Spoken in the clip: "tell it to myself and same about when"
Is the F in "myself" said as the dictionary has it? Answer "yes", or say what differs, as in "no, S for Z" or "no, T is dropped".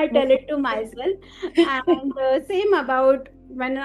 no, F is dropped